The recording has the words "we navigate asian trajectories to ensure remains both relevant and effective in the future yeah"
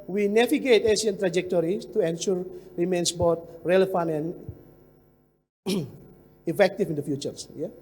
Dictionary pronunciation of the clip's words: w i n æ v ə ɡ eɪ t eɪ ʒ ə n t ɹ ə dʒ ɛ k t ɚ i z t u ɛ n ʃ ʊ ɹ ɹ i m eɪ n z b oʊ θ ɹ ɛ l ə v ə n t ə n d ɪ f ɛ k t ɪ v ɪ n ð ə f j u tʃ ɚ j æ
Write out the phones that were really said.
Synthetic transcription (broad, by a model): w i n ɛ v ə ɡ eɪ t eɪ s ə n t ɹ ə dʒ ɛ k t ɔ i s t u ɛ n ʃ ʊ ɹ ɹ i m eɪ n s b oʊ t ɹ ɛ l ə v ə n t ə n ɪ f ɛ k t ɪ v ɪ n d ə f j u tʃ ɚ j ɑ